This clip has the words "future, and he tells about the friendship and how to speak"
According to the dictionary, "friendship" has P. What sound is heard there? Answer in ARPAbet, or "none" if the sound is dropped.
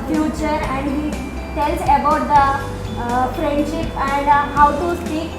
P